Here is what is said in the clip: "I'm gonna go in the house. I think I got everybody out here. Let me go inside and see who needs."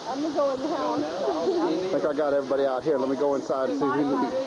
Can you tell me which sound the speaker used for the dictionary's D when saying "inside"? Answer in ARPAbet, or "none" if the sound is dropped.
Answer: none